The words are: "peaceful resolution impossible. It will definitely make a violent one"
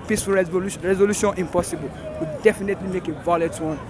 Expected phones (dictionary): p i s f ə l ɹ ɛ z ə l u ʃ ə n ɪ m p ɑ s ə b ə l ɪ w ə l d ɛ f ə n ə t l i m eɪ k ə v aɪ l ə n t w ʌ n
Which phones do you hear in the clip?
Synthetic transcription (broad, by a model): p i s f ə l ɹ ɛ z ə l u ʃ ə n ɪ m p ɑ s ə b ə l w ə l d ɛ f ə n ə t l i m eɪ k ə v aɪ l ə t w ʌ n